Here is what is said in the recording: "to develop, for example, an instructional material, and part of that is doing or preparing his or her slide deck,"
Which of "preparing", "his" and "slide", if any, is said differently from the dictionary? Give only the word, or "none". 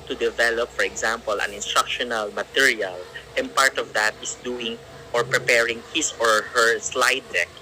his